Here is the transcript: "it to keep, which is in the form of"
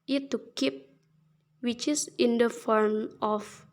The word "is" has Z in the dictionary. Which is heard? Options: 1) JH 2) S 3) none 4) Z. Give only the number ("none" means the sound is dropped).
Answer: 2